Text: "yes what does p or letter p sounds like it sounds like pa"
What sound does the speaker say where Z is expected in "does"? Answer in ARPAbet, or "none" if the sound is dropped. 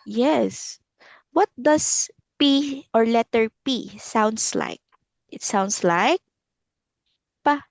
S